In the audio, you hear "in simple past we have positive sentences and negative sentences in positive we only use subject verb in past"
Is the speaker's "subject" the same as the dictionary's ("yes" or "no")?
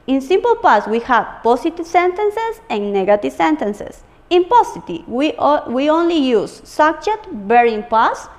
no